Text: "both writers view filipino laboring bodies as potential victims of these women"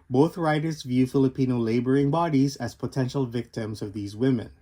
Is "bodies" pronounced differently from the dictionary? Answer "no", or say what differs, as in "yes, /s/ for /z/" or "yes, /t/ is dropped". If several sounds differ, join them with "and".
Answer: no